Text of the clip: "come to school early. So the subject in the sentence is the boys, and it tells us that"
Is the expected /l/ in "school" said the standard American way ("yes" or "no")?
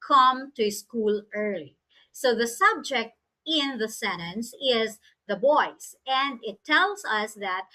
yes